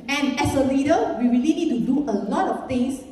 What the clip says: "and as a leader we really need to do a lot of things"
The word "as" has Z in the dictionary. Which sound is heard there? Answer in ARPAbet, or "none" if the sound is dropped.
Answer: S